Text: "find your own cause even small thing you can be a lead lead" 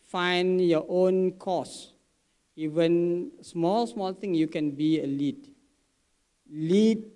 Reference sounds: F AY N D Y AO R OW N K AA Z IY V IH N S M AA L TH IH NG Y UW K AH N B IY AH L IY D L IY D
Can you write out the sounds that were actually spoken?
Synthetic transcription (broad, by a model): F AY N Y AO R OW N K AA S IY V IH N S M AA L S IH NG Y UW K AH N B IY AH L IY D L IY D